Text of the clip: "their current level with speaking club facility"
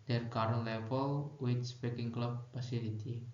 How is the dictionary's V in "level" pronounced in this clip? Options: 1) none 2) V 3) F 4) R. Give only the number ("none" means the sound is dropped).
3